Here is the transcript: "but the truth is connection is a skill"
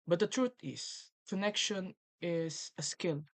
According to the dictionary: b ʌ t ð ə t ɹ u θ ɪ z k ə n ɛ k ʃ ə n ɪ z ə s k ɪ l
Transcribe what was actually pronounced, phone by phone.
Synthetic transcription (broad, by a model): b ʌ t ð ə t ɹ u t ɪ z k ə n ɛ k ʃ ə n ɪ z ə s k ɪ l